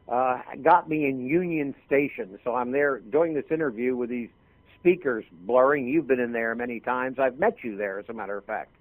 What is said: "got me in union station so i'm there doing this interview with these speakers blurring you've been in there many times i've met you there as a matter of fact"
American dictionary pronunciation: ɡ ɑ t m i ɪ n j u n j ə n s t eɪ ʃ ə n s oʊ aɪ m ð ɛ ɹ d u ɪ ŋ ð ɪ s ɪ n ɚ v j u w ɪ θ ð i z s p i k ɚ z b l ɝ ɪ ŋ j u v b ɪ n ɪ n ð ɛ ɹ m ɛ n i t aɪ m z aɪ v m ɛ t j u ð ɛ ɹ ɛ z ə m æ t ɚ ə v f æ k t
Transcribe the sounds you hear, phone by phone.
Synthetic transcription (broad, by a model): ɡ ɑ t m i ɪ n j u n j ə n s t eɪ ʃ ə n s oʊ aɪ m ð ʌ ɹ d u ɪ ŋ ð ɪ s ɪ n ɚ v j u w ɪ ð i z s p i k ɚ z b l ɝ ɪ ŋ j u v b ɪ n ɪ n ð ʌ ɹ m ɛ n i t aɪ m z aɪ v m ɛ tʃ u ð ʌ ɹ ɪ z ə m æ t ɚ ə v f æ k t